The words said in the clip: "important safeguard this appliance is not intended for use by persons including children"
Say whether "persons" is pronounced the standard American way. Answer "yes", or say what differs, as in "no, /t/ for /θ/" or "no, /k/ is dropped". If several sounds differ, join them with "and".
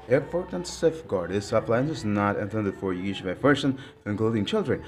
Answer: no, /z/ is dropped